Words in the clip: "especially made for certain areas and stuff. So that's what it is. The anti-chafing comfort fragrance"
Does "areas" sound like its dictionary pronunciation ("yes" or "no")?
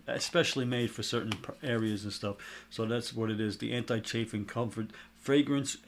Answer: yes